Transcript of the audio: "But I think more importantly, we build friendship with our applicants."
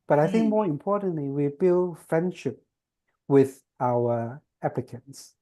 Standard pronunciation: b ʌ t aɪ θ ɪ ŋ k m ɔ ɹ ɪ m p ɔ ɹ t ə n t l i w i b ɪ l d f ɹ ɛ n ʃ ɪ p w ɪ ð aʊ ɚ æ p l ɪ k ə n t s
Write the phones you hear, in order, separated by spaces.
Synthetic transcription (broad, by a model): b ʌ t aɪ θ ɪ ŋ k m ɔ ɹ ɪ m p ɔ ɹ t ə n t l i w i b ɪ l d f ɹ ɛ n ʃ ɪ p w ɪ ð aʊ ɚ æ p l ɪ k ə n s